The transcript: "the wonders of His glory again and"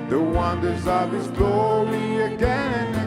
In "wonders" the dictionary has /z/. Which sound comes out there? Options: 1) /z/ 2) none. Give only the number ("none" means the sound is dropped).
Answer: 1